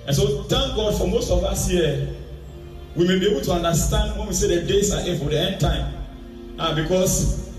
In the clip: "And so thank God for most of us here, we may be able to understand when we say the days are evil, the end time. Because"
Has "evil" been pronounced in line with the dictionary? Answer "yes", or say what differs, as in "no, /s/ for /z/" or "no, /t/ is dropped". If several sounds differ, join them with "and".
no, /f/ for /v/